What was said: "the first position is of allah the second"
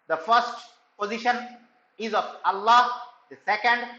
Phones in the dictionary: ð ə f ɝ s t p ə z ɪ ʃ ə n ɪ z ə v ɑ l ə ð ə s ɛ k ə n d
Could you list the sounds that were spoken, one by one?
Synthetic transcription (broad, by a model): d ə f ɝ s t p ə z ɪ ʃ ə n ɪ z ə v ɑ l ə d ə s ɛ k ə n d